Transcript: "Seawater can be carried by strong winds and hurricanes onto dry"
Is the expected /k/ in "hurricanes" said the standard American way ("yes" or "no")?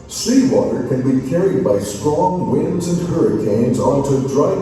yes